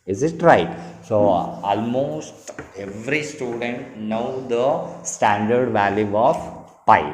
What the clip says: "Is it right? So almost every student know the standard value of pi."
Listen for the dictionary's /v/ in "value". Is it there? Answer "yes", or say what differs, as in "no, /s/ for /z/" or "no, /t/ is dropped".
yes